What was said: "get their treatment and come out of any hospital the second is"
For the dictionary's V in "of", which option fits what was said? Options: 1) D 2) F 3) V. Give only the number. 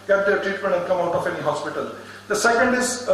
2